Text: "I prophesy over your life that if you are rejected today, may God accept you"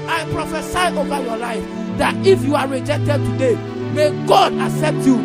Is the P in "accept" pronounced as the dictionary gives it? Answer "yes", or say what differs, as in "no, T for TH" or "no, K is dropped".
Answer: yes